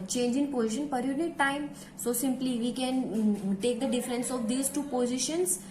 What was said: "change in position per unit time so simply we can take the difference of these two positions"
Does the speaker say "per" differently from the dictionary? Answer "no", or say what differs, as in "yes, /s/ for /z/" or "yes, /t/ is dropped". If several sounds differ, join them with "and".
no